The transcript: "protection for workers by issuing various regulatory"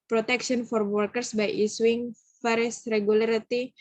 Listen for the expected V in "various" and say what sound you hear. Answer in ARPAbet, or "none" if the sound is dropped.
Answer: F